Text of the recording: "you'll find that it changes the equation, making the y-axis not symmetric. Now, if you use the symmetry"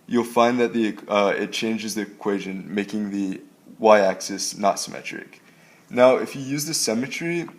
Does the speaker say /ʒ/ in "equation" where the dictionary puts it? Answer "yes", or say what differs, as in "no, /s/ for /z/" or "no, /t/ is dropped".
yes